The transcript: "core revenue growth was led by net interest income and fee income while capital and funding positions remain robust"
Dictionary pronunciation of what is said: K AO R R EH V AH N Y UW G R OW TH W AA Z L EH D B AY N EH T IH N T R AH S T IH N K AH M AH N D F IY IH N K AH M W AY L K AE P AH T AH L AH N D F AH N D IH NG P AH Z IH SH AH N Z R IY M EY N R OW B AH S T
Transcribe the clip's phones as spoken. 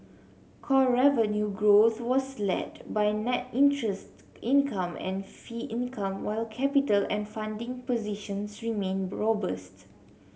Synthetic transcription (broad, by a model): K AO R R EH V AH N Y UW G R OW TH W AA S L EH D B AY N EH T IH N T R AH S T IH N K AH M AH N F IY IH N K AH M W AY L K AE P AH T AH L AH N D F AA N D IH NG P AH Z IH SH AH N S R IY M EY N R OW B AH S T